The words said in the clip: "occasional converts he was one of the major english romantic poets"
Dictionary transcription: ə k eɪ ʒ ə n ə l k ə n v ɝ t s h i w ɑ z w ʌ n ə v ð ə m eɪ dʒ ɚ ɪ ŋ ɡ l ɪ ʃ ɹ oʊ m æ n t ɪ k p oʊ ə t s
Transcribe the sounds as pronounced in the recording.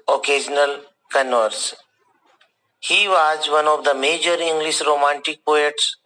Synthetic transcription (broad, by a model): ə k eɪ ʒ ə n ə l k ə n ɝ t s h i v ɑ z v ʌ n ə v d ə m eɪ dʒ ɚ ɪ ŋ ɡ l ɪ ʃ ɹ oʊ m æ n t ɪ k p oʊ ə t s